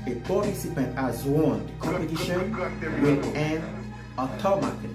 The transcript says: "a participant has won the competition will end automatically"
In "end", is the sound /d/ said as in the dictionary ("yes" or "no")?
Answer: no